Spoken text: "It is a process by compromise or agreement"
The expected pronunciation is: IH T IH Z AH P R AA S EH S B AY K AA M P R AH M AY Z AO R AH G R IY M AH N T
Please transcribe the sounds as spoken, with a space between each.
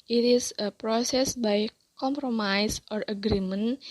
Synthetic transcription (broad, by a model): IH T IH S AH P R AA S EH S B AY K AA M P R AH M AY S AO R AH G R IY M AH N